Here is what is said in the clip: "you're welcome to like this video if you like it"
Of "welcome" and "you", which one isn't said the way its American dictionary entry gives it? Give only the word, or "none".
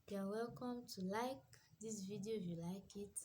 none